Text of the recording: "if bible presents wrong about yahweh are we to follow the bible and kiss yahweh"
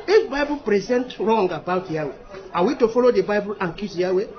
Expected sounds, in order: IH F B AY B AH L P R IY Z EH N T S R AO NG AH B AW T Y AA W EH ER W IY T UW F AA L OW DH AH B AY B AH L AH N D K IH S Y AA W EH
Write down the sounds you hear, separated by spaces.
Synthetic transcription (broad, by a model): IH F B AY B AH L P R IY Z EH N T R AO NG AH B AW T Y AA W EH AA W IY T UW F AA L OW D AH B AY B AH L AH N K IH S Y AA W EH